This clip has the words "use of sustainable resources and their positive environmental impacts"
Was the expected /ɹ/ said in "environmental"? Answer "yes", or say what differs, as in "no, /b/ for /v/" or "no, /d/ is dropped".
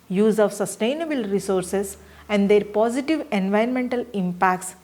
no, /ɹ/ is dropped